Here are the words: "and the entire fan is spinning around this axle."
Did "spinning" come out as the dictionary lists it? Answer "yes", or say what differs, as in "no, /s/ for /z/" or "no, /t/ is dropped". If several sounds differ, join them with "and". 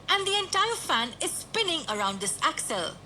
yes